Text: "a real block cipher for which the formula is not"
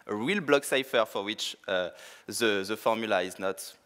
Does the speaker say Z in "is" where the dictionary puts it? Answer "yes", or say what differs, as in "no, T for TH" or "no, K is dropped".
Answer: yes